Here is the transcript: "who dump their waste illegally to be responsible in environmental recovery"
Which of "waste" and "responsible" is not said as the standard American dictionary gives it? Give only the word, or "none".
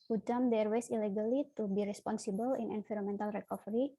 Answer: waste